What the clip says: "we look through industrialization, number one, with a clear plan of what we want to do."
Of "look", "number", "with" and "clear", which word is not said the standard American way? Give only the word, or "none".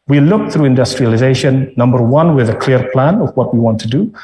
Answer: none